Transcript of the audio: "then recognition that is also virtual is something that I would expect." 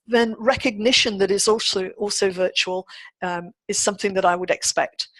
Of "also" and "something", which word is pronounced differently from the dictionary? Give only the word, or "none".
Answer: none